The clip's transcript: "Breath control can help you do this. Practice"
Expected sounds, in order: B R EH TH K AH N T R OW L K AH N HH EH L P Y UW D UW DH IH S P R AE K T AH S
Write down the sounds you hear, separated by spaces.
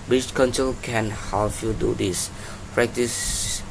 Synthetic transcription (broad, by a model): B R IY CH K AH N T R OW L K AH N HH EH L F Y UW D UW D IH S P R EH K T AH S